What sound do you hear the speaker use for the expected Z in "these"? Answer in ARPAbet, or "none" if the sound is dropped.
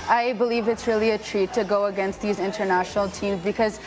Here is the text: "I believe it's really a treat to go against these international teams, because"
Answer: Z